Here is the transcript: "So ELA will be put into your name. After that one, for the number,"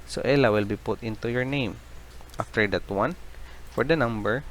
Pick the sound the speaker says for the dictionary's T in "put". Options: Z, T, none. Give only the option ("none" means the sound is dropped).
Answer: T